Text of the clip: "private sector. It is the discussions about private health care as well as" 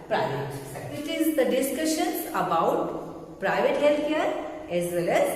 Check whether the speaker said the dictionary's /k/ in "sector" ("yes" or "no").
no